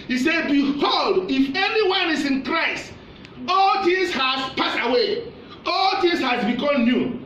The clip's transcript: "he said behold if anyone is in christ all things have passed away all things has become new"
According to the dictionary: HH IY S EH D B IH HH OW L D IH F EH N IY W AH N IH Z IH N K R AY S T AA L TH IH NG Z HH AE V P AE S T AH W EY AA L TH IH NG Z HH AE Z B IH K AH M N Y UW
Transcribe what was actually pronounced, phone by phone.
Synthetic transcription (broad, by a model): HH IY S EH D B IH HH OW L D IH F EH N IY W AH N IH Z IH N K R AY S AA L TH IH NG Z HH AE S P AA S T AH W EY AA L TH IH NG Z HH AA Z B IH K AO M N Y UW